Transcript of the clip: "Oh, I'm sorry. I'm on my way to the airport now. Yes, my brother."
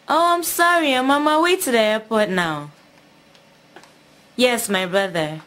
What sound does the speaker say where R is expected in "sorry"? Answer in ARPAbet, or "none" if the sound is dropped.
R